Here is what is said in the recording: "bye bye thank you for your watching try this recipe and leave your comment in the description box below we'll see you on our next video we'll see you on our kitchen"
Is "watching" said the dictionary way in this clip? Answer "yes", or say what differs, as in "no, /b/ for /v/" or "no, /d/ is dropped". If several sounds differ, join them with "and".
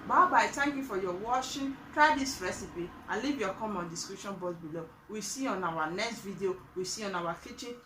no, /ʃ/ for /tʃ/